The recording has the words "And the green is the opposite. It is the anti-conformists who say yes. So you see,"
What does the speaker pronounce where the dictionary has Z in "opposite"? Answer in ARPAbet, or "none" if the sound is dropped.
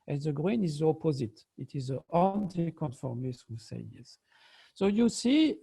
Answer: Z